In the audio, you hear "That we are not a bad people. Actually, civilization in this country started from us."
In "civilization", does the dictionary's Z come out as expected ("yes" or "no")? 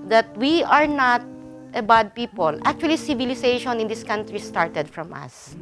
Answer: no